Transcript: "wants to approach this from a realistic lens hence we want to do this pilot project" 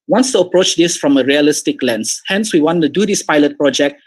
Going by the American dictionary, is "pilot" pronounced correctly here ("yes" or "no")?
yes